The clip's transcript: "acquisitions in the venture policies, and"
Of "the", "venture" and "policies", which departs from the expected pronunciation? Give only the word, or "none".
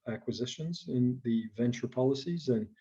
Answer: none